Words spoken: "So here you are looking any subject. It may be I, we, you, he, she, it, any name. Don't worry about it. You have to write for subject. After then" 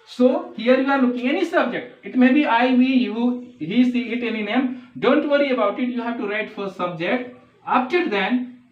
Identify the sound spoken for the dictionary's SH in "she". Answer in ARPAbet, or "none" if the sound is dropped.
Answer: S